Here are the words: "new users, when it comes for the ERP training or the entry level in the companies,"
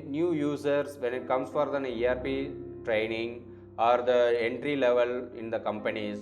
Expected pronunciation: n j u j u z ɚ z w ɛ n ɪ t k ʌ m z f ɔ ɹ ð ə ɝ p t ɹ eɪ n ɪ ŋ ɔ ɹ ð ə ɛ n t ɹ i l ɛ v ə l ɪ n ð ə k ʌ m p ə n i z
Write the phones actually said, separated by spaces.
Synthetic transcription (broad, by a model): n j u j u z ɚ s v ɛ n ɪ t k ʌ m s f ɔ ɹ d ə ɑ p t ɹ eɪ n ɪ ŋ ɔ ɹ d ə ɛ n t ɹ i l ɛ v ə l ɪ n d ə k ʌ m p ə n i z